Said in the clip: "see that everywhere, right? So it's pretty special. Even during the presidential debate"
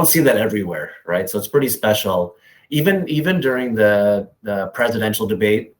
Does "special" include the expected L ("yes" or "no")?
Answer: no